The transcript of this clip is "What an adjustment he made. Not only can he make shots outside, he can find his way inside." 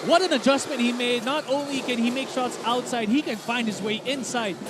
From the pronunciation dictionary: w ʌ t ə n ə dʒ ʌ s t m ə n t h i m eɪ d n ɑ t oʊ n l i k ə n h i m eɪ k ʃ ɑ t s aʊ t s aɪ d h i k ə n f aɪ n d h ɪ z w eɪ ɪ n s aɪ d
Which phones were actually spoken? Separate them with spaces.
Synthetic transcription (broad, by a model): w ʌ t ə n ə dʒ ʌ s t m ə n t h i m eɪ d n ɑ t oʊ n l i k ə n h i m eɪ k ʃ ɑ t s aʊ t s aɪ d h i k ə n f aɪ n d h ɪ z w eɪ ɪ n s aɪ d